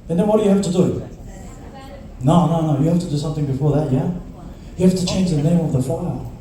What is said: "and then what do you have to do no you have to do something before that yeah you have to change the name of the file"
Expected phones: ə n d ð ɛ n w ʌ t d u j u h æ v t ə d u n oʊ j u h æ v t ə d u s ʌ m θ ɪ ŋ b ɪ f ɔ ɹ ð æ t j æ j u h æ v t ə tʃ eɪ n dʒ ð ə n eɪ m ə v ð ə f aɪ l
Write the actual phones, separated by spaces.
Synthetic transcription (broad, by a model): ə n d ð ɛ n w ʌ t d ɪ j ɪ h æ f t ə d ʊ n oʊ j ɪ h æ f t ə d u s ʌ m θ ɪ ŋ b ɪ f ɔ ɹ ð æ t j æ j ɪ h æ f t ə tʃ eɪ n dʒ ð ə n eɪ m ə v ð ə f aɪ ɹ